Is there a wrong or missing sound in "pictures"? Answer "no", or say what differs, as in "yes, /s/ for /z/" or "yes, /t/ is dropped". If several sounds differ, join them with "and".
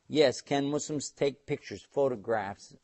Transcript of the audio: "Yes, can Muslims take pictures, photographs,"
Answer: no